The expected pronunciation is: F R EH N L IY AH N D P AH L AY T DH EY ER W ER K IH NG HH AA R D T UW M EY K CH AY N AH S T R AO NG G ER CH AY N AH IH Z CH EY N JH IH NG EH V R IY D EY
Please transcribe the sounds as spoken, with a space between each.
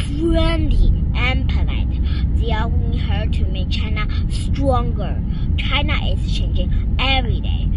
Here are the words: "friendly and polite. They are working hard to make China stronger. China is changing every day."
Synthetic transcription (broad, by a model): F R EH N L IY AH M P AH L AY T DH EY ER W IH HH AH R T UW M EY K CH AY N AH S T R AO NG G ER CH AY N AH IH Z CH EY N JH IH NG EH V R IY D EY